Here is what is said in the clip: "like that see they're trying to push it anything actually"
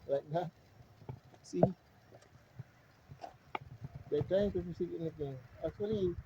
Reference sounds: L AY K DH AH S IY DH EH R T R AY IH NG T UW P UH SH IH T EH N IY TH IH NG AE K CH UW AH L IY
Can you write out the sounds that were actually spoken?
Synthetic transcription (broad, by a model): L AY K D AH S IY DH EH T R AY IH NG T UW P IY S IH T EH N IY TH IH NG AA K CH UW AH L IY